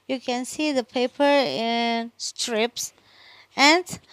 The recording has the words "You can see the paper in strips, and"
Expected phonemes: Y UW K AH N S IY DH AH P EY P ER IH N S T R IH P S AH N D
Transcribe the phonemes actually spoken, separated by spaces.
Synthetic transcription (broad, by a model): Y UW K AH N S IY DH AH P EY P ER IH N S T R IH P S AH N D